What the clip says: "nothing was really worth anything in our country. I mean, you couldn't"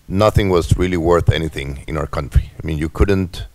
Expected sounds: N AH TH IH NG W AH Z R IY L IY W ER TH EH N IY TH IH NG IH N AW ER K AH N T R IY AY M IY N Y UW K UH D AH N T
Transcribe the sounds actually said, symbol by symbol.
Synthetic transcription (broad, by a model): N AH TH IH NG W AH Z R IY L IY W ER TH EH N IY TH IH NG IH N AW ER K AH N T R IY AY M IY N Y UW K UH D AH N T